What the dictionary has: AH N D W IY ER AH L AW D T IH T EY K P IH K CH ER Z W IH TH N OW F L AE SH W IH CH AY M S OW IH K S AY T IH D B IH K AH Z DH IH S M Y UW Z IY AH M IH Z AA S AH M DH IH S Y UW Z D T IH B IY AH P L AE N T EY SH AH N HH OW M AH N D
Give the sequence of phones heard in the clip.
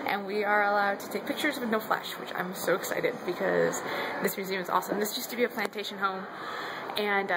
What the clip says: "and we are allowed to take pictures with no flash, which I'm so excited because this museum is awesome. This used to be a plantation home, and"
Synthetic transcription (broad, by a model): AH N W IY ER AH L AW D T IH T EY K P IH K CH ER Z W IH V N OW F L AE SH W IH CH AY M S OW IH K S AY T IH D B IH K AH Z DH IH S M Y UW Z IY AH M IH Z AA S AH M DH IH S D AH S T IH B IY AH P L AE N T EY SH AH N HH OW M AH N